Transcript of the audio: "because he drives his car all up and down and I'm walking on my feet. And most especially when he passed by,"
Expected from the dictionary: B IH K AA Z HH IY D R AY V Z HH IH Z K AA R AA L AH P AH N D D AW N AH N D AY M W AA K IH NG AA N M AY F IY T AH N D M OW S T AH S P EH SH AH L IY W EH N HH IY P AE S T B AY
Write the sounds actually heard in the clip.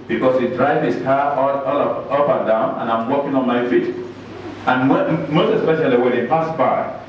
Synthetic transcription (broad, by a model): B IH K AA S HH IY D R AY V HH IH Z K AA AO AA L AH P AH N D D AW N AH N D AY M W AA K IH NG AA N M AY F IY T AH N M OW S T AH S P EH SH AH L IY W EH N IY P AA S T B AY